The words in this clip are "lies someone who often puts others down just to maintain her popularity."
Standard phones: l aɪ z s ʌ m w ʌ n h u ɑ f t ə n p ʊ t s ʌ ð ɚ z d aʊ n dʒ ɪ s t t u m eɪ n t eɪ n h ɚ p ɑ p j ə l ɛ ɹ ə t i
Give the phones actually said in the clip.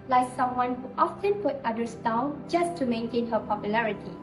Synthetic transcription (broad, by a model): l aɪ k s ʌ m w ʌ n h u ɑ f t ə n p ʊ t ʌ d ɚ s d aʊ n dʒ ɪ s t t u m eɪ n t eɪ n h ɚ p ɑ p j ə l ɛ ɹ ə t i